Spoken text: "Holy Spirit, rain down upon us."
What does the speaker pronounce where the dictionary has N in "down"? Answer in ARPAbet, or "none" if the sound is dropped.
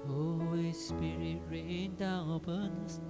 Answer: none